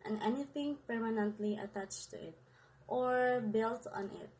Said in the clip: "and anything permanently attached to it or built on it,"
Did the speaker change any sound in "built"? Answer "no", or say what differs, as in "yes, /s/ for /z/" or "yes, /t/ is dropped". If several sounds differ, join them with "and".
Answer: no